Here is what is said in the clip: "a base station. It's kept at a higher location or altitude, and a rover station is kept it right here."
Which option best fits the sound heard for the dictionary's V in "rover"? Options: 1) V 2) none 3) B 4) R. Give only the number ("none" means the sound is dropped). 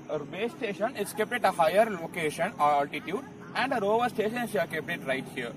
1